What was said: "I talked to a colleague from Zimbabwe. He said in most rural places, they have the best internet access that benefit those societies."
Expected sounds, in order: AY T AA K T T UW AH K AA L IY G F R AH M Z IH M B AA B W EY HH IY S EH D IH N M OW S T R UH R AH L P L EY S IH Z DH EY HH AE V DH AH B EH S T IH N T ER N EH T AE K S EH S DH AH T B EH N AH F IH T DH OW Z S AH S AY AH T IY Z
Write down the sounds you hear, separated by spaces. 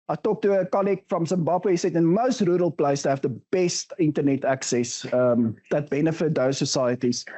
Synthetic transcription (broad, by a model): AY T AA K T T UW AH K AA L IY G F R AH M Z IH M B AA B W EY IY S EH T IH N M OW S T R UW R AH L P L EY IH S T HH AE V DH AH B EH S T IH N T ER N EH T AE K S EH S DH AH T B EH N AH F IH T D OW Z S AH S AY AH T IY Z